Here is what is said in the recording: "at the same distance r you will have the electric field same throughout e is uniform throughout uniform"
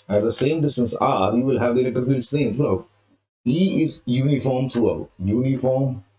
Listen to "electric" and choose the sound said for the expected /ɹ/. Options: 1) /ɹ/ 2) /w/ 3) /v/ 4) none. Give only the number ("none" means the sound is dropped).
4